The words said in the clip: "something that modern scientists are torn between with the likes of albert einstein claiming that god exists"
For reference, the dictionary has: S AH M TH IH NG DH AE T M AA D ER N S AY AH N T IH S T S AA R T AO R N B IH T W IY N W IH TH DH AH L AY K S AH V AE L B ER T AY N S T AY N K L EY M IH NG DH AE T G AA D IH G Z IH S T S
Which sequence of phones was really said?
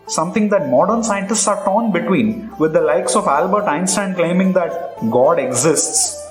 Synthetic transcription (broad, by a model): S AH M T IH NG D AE T M AA D ER N S AY AH N T IH S T S AA R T AO N B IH T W IY N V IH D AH L AY K S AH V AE L B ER T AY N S T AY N K L EY M IH NG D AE T G AA D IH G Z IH S T S